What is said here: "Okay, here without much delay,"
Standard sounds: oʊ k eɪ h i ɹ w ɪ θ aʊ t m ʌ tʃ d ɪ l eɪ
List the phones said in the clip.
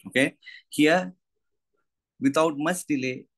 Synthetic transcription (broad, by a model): oʊ k eɪ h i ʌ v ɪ t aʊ t m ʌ s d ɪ l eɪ